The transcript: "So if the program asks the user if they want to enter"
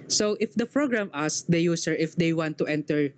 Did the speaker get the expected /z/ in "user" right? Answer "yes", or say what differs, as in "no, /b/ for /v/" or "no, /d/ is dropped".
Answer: no, /s/ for /z/